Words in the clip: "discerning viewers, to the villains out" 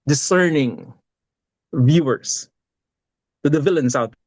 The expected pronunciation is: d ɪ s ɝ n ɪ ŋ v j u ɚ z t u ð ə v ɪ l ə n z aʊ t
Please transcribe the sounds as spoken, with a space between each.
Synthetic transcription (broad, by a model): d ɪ s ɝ n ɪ ŋ v j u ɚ s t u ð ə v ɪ l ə n s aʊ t